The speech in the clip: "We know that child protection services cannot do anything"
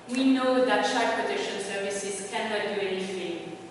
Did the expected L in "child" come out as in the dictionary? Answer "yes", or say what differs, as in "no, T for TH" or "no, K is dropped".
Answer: no, L is dropped